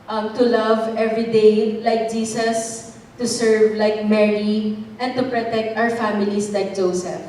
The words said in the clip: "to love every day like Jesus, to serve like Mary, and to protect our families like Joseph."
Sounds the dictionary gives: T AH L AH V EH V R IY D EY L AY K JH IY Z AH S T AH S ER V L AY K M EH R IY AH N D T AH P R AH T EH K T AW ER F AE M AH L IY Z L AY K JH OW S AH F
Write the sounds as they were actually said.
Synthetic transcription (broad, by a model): T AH L AH V EH V R IY D EY L AY K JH IY S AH S T AH S ER V L AY K M EH R IY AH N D T AH P R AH T EH K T AW ER F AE M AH L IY S L AY K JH OW S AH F